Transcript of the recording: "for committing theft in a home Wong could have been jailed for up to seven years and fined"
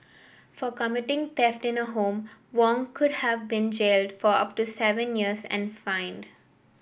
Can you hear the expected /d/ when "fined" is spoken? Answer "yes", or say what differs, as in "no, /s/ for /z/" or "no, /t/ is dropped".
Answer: yes